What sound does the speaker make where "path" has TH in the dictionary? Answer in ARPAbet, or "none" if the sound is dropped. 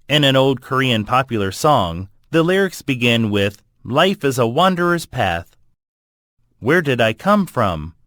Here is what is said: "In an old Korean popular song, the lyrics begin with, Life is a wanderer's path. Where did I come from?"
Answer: TH